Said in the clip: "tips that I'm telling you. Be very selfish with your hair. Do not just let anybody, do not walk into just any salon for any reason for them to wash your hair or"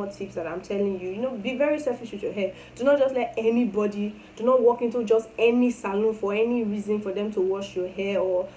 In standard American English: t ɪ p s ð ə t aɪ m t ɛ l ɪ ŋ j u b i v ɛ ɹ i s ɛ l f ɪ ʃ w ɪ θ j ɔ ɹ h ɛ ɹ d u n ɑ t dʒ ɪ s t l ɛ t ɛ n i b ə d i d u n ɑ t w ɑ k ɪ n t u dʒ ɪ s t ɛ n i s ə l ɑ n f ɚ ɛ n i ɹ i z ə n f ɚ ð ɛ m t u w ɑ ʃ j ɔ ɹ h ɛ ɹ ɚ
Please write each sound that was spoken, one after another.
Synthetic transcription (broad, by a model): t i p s ð ə t aɪ m t ɛ l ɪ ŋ j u b i v ɛ ɹ i s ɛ f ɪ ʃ w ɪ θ j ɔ h ɛ d u n ɑ t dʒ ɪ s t l ɛ t ɛ n i b ə d i d u n ɑ t w ɑ k ɪ n t u dʒ ɪ s t ɛ n i s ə l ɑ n f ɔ ɛ n i ɹ i z ə n f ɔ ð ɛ m t u w ɑ ʃ j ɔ h ɛ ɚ